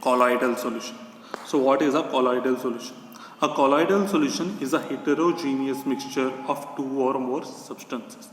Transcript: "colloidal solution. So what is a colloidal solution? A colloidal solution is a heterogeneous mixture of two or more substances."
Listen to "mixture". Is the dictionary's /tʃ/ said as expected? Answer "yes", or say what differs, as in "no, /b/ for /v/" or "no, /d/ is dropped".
yes